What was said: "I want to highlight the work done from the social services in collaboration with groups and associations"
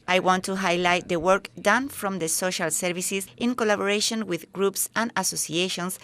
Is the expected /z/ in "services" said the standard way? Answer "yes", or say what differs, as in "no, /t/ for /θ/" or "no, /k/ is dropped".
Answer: no, /s/ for /z/